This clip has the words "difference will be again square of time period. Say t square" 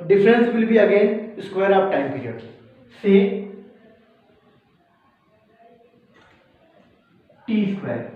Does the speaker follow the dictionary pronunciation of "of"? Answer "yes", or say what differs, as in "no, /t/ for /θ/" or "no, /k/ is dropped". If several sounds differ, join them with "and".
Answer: no, /p/ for /v/